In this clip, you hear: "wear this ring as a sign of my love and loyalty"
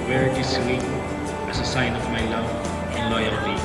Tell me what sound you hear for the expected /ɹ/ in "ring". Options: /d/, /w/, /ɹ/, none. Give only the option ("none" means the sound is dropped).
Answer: /w/